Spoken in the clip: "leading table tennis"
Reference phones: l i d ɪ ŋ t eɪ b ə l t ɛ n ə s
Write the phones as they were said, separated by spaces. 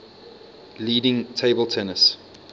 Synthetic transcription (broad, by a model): l i d ɪ ŋ t eɪ b ə l t ɛ n ə s